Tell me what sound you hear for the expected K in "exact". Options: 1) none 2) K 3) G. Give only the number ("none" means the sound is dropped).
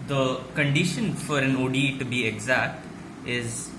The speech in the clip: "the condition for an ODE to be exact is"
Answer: 2